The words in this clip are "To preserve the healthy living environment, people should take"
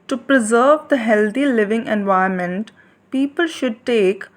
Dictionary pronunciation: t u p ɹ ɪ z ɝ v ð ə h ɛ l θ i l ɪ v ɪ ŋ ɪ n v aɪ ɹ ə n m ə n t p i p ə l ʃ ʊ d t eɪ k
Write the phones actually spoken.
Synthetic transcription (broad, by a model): t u p ɹ ɪ z ɝ v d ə h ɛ l t i l ɪ v ɪ ŋ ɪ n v aɪ ə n m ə n t p i p ə l ʃ ʊ d t eɪ k